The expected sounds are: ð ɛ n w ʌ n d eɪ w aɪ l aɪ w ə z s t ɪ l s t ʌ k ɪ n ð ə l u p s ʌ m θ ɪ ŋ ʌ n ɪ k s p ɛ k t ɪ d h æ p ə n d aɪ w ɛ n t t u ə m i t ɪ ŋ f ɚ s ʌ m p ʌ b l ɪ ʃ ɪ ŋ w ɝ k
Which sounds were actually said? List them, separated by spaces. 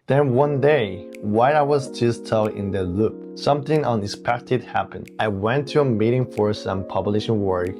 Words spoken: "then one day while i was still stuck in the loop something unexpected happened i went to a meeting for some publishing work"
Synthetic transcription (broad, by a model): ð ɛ n w ʌ n d eɪ w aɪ aɪ w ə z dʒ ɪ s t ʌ ɪ n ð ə l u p s ʌ m θ ɪ ŋ ʌ n ɪ k s p ɛ k t ɪ d h æ p ə n d aɪ w ɛ n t t u ə m i t ɪ ŋ f ɚ s ʌ m p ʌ b l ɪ ʃ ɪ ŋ w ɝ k